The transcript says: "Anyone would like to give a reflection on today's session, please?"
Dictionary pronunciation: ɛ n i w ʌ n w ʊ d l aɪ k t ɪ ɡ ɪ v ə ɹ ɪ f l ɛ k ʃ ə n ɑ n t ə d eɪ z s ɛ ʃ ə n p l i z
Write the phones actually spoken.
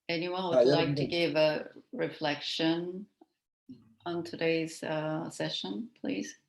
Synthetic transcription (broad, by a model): ɛ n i w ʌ n w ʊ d l aɪ k t ɪ ɡ ɪ v ə ɹ ɪ f l ɛ k ʃ ə n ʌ n t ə d eɪ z s ɛ ʃ ə n p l i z